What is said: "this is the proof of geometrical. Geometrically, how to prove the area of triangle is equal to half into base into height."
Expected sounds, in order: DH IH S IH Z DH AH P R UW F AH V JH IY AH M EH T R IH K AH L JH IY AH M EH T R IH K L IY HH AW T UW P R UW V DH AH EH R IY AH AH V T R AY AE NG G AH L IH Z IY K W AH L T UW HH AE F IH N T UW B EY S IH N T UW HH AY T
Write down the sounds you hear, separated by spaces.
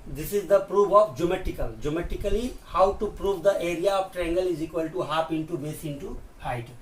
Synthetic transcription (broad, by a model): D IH S IH Z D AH P R UW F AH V JH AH M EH T IH K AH L JH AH M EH T IH K L IY HH AW T UW P R UW V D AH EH R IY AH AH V T R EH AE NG G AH L IH Z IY K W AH L T UW HH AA P IH N T UW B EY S IH N T UW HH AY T